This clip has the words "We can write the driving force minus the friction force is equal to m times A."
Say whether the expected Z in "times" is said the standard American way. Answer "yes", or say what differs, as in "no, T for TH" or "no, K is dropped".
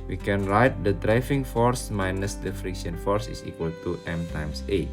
no, S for Z